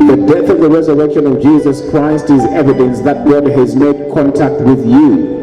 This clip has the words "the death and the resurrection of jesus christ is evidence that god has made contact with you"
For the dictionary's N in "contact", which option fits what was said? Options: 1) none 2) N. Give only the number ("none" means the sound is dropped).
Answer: 2